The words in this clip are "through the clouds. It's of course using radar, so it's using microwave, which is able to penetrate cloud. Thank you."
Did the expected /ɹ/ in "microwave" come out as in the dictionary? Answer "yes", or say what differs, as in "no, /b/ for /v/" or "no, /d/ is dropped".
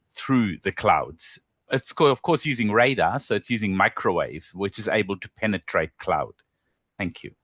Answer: yes